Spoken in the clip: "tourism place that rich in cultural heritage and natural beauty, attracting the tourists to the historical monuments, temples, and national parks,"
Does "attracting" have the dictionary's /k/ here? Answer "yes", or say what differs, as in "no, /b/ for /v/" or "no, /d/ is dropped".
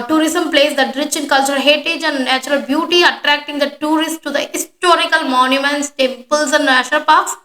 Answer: yes